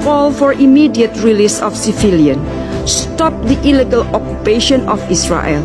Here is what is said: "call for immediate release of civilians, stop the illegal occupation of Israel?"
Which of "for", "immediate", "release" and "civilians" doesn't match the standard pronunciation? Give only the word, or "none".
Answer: civilians